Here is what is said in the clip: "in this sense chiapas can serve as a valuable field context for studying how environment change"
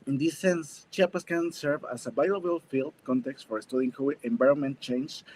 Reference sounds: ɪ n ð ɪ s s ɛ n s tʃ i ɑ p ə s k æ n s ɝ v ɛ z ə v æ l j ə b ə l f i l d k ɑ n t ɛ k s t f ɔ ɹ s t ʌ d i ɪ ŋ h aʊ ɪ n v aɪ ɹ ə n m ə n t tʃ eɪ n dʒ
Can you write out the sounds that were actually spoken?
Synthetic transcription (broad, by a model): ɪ n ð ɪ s s ɛ n s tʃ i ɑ p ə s k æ n s ɝ v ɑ s ə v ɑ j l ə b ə l f i l d k ɑ n t ɛ k s t f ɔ ɹ s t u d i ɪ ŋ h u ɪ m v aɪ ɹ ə n m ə n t tʃ eɪ n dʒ